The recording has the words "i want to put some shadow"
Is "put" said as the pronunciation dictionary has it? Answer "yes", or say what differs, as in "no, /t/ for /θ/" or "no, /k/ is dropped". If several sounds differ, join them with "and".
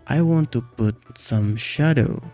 yes